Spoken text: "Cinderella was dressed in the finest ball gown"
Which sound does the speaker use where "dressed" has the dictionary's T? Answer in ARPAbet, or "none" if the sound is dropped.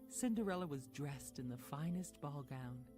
T